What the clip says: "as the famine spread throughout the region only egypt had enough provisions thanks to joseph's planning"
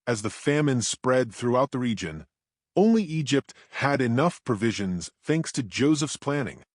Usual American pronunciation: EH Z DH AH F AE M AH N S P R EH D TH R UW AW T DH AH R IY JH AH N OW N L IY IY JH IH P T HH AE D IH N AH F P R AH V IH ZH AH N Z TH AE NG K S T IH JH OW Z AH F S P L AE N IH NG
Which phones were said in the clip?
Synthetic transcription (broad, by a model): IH Z DH AH F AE M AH N S P R EH D TH R UW AW T DH AH R IY JH AH N OW N L IY IY JH IH P T HH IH D IH N AH F P R AH V IH ZH AH N Z TH AE NG K S T IH JH OW Z AH F S P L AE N IH NG